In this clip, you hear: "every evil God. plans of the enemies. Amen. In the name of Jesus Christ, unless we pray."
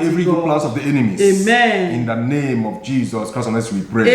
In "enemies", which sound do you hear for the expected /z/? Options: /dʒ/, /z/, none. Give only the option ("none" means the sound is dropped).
none